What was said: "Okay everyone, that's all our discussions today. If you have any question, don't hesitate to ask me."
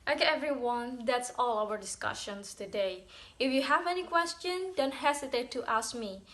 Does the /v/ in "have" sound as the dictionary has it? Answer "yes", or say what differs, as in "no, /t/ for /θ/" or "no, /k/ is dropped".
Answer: yes